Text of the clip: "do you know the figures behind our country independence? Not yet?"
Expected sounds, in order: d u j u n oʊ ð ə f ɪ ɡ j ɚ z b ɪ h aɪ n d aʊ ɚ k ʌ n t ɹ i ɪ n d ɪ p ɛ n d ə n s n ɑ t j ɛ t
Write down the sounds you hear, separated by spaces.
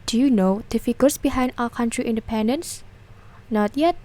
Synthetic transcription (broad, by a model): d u j u n oʊ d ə f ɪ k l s b ɪ h aɪ n d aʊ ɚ k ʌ n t ɹ i ɪ n d ɪ p ɛ n d ə n s n ɑ t j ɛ t